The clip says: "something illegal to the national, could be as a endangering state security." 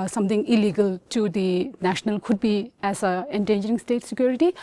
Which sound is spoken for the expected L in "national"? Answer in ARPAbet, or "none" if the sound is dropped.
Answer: L